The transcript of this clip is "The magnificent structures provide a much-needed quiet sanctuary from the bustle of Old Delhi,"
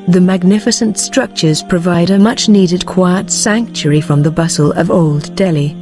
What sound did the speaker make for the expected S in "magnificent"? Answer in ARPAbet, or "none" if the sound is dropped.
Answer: S